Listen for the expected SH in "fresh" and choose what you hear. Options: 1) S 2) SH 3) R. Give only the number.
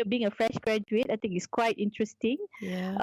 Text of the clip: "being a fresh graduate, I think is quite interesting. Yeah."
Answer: 2